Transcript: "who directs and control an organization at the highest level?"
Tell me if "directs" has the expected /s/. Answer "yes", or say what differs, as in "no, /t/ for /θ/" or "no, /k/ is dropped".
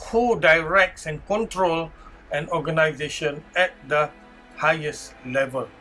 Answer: yes